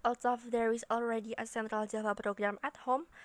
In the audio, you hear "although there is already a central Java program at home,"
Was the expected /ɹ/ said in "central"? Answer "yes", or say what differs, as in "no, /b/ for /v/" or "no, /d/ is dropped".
yes